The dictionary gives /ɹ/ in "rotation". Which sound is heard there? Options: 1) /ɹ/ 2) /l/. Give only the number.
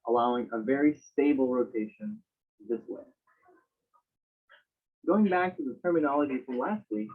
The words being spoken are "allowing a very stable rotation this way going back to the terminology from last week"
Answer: 1